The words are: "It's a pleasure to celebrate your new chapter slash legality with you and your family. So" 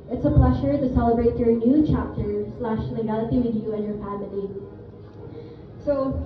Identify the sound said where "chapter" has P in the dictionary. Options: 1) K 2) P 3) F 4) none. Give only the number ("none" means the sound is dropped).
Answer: 2